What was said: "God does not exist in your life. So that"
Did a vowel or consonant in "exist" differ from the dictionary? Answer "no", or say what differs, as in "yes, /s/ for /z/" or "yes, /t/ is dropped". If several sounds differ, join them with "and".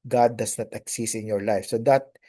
yes, /t/ is dropped